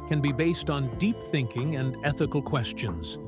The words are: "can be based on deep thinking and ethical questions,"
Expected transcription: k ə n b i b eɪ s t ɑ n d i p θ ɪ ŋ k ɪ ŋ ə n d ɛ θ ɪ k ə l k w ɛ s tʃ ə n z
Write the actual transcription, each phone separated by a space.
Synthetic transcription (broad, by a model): k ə n b i b eɪ s t n d i p θ ɪ ŋ k ɪ ŋ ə n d ɛ θ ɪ k l k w ɛ s tʃ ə n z